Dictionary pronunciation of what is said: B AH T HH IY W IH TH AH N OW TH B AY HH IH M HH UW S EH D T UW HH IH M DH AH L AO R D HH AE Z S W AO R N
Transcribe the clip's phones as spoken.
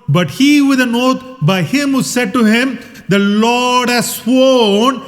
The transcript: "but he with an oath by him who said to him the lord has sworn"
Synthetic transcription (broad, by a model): B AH T HH IY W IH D AH N OW T B AY HH IH M HH UW S EH D T UW HH IH M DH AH L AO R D HH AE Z S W AO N